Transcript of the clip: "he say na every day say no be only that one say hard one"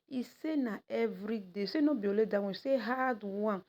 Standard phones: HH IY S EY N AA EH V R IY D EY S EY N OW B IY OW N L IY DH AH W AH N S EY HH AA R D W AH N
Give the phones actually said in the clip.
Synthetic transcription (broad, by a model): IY S EY N AA EH V R IY D EY S EY N OW B IY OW L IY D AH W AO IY S EY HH AA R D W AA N